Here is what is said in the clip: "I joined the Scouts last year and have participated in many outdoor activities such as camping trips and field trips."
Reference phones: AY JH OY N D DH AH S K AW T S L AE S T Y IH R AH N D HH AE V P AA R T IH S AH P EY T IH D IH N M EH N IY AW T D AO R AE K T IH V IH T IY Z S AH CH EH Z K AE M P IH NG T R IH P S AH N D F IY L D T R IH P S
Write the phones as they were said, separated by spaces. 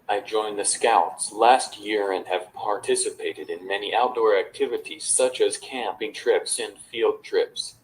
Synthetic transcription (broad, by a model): AY JH OY N DH AH S K AW T S L AE S T Y IH R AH N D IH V P AA R T IH S AH P EY T IH D IH N M EH N IY AW T D AO R AE K T IH V IH T IY Z S AH CH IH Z K AE M P IH NG T R IH P S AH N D F IY L D T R IH P S